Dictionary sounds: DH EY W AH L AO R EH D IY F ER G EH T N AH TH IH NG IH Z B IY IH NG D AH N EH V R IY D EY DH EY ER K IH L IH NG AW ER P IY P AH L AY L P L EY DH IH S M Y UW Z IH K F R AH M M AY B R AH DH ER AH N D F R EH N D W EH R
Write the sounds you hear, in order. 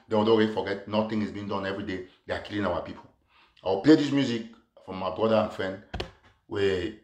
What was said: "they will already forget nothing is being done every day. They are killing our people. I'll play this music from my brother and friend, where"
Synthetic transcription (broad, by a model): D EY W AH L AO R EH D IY F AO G EH T N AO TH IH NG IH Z B IY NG D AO N EH V R IY D EY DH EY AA K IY L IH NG AW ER P IY P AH W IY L P L EY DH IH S M Y UW Z IH K F R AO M M AY B R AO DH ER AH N F R EH N D W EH